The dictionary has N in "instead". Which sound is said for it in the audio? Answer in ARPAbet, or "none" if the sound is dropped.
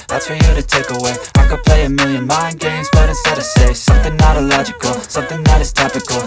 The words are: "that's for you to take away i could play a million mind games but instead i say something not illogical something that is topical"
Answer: none